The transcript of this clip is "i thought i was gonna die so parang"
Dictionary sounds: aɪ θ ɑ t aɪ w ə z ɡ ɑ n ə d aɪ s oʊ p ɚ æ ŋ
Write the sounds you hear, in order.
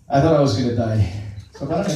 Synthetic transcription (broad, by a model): aɪ θ ɑ t aɪ w ə z ɡ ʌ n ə d aɪ s oʊ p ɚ